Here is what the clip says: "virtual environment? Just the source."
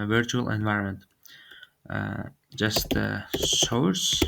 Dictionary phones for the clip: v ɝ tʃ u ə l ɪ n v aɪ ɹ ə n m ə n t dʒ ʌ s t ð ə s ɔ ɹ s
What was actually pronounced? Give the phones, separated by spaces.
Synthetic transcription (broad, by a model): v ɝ tʃ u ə l ɪ n v aɪ ɹ ə n m ə n t dʒ ʌ s t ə s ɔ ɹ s